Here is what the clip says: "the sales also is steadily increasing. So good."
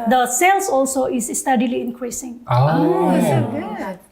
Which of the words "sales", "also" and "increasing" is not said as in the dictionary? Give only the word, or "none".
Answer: sales